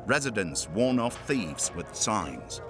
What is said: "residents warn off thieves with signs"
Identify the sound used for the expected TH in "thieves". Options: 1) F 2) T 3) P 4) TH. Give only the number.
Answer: 4